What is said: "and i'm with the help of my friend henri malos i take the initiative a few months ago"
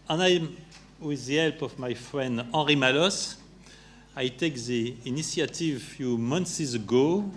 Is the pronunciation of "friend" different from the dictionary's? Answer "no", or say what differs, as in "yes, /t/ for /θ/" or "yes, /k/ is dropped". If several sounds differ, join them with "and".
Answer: no